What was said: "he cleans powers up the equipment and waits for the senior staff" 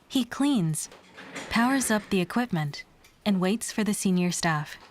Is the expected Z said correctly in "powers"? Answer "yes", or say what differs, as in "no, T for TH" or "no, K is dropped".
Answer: yes